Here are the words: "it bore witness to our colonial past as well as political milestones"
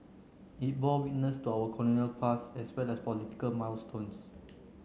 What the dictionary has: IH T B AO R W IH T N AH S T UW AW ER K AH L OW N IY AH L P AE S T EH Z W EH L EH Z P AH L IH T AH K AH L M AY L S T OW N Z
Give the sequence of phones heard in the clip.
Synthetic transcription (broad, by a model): IH T B AO W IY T N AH S T UW AW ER K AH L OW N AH L P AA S EH S W EH L EH S P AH L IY T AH K AH L M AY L S T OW N S